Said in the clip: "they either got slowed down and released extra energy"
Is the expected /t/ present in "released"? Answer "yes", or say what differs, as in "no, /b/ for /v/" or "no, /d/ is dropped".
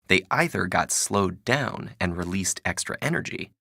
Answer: yes